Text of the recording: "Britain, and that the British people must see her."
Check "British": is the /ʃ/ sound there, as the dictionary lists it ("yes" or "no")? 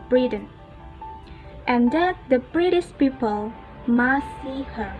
no